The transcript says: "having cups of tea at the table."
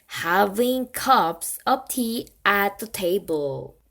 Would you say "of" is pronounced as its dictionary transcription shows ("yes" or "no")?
no